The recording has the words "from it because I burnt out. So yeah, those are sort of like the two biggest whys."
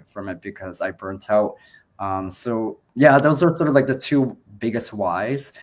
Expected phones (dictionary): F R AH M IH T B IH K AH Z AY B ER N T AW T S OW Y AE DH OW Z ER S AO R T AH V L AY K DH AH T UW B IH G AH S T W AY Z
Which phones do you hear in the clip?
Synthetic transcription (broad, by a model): F R AH M IH T B IH K AH Z AY B ER N T AW T S OW Y AE DH OW Z ER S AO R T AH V L AY K DH AH T UW B IH G AH S T W AY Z